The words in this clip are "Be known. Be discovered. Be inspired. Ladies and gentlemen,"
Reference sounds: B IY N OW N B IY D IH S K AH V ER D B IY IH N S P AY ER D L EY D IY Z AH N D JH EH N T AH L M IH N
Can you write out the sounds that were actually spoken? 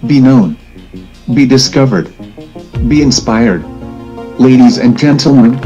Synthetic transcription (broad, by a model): B IY N OW N B IY D IH S K AH V ER D B IY IH N S P AY ER D L EY D IY Z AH N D JH EH N T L M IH N